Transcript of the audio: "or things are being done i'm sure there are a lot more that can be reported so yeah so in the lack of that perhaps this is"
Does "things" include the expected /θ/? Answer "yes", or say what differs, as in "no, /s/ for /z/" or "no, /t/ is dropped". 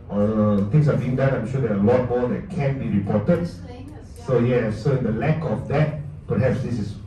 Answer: no, /t/ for /θ/